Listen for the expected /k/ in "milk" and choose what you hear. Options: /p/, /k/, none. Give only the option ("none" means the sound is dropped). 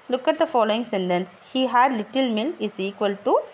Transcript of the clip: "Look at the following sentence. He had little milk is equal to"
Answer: none